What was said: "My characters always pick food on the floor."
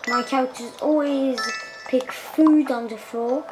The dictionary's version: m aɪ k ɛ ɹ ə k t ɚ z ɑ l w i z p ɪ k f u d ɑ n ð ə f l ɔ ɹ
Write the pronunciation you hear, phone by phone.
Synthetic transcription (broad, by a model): m aɪ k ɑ ə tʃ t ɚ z ɑ l w i z p ɪ k f u d n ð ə f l ɔ